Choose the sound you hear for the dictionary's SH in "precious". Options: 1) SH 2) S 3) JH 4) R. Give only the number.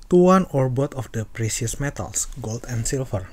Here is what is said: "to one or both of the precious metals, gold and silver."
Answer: 2